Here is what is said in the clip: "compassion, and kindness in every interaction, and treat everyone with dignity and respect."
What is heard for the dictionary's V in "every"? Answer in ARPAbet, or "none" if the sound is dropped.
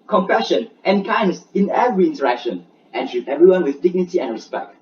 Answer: V